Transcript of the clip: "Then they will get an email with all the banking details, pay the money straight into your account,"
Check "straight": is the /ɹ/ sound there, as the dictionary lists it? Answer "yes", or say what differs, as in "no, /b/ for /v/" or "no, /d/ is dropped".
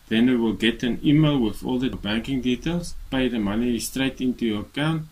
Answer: yes